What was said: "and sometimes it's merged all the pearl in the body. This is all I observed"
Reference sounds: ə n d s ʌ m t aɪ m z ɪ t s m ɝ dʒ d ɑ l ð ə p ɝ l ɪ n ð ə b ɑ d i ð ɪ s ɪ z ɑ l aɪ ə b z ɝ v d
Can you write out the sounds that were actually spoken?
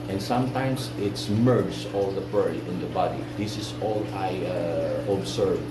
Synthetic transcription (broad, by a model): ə n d s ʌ m t aɪ m s ɪ t s m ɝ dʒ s ɑ l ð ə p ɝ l ɪ n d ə b ɑ d i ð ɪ s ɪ s ɑ l aɪ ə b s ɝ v